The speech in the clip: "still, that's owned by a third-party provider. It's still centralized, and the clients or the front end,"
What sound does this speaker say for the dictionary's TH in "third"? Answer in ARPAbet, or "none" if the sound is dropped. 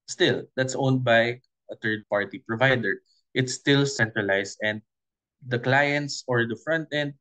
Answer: T